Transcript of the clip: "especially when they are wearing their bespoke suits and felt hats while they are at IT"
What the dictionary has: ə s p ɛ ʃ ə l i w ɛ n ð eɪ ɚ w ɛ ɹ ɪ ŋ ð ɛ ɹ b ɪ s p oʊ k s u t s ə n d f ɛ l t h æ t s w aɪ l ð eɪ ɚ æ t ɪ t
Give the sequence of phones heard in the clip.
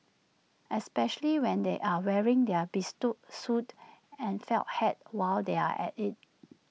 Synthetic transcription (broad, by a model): ə s p ɛ ʃ ə l i w ɛ n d eɪ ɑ w ɛ ɹ ɪ ŋ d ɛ b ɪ s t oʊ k s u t ə n f ɛ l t h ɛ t w aɪ l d eɪ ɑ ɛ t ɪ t